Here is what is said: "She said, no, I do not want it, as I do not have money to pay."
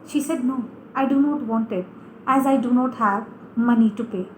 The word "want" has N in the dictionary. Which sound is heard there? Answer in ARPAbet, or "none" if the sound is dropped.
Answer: N